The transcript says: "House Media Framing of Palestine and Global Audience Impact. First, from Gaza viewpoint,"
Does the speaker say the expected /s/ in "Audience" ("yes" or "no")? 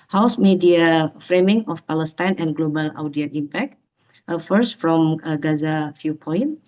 no